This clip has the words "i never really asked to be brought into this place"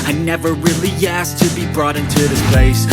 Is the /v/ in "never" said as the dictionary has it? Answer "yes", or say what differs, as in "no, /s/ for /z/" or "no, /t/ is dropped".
yes